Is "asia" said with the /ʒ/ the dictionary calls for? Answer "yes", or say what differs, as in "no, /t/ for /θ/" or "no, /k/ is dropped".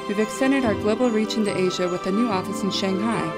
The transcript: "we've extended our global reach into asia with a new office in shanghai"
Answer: yes